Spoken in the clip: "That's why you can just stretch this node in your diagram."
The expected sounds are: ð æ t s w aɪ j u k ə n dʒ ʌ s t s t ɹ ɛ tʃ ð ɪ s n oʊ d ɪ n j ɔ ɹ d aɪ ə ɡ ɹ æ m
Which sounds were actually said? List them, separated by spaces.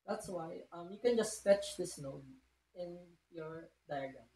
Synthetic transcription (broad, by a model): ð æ t s w aɪ j u k ə n dʒ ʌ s s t ɛ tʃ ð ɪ s n oʊ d ɪ n j ɔ ɹ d aɪ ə ɡ ɹ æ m